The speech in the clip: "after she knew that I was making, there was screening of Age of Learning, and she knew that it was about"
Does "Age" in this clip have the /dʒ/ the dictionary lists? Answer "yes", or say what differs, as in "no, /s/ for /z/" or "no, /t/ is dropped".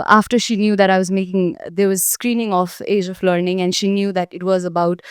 yes